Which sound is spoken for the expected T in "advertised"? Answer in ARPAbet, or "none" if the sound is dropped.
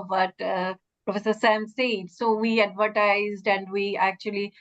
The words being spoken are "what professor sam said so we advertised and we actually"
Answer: T